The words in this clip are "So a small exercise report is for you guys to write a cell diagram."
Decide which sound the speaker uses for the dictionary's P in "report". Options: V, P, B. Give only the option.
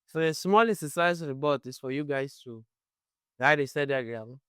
B